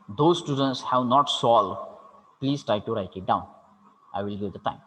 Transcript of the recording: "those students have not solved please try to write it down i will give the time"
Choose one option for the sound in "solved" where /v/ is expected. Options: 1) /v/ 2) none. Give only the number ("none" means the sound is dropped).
2